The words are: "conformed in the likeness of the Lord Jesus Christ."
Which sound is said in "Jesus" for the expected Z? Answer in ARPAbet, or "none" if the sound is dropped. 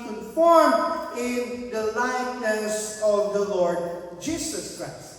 S